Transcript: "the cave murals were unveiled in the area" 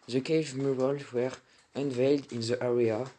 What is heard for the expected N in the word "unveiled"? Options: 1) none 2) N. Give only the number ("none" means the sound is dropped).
2